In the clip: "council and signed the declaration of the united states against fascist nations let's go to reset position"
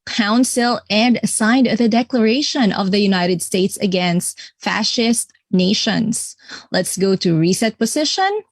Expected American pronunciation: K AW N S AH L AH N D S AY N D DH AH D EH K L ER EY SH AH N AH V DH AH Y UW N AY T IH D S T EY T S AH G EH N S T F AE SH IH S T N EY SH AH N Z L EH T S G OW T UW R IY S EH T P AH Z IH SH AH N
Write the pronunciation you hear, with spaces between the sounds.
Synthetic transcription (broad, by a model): K AW N S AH L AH N D S AY N D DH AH D EH K L ER EY SH AH N AH V DH AH Y UW N AY T IH D S T EY T S AH G EH N S T F AE SH IH S T N EY SH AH N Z L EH T S G OW T UW R IY S EH T P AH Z IH SH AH N